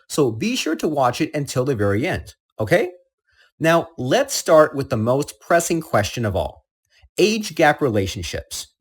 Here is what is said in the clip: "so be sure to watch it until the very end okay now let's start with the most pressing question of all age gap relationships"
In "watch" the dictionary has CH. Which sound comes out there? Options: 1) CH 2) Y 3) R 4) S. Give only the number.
1